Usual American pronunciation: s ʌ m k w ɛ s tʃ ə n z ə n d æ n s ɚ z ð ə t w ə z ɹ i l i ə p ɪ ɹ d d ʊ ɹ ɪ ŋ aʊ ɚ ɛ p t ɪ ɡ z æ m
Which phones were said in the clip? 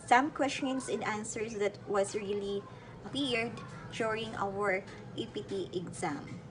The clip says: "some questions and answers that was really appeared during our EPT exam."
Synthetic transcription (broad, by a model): s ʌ m k w ɛ s tʃ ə n s ə n d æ n s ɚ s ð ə t w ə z ɹ i l i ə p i ɹ d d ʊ ɹ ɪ ŋ aʊ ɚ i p t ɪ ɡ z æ m